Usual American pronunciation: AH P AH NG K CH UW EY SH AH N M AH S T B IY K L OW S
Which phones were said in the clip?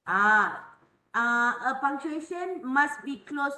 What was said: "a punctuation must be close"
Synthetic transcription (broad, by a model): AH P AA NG CH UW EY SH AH N M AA S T B IY K L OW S